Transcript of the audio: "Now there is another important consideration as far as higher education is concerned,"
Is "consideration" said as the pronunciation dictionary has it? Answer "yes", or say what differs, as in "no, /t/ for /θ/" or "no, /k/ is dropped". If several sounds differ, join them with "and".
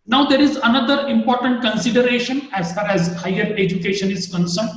yes